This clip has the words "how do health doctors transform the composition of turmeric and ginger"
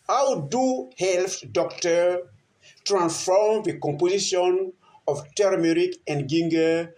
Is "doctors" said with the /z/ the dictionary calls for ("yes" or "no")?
no